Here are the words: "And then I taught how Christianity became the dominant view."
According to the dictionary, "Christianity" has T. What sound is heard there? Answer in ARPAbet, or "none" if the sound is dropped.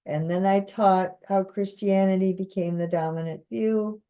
T